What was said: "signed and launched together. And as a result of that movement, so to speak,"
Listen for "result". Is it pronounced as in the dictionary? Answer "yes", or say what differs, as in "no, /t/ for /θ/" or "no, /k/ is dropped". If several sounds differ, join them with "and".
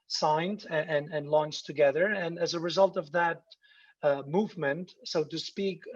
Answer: yes